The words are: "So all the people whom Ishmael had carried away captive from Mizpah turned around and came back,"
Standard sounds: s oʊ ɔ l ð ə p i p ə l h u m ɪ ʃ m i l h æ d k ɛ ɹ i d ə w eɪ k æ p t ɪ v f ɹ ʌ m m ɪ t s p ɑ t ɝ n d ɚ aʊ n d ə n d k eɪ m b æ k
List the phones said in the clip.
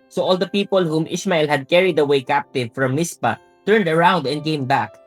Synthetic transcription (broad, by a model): s oʊ ɔ l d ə p i p ə l h u m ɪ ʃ m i l h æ d k ɛ ɹ i d ə w eɪ k æ p t ɪ v f ɹ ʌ m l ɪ s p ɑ t ɝ n d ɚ aʊ n d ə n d k eɪ m b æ k